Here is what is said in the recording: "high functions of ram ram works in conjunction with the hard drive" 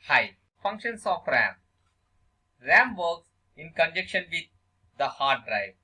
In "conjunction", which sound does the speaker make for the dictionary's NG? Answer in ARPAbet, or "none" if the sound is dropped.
none